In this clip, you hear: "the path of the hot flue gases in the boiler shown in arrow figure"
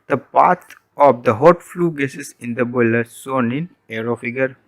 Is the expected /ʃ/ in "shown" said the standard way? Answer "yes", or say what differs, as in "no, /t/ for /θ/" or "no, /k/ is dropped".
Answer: no, /s/ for /ʃ/